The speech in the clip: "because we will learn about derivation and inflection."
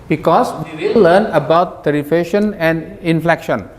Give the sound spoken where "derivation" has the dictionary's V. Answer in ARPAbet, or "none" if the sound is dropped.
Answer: F